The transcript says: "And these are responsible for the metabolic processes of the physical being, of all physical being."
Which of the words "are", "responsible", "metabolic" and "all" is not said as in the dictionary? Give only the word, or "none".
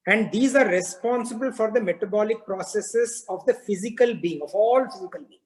none